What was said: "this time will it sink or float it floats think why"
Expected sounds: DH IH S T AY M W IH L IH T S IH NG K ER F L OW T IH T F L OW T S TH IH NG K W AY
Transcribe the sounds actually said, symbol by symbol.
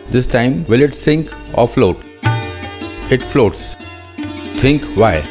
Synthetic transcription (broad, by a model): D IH S T AY M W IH L IH T S IH NG K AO F L OW T IH T F L OW T S T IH NG K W AY